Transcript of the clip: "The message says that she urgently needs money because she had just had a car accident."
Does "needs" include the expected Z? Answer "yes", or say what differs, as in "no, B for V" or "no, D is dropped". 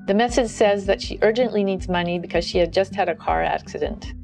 yes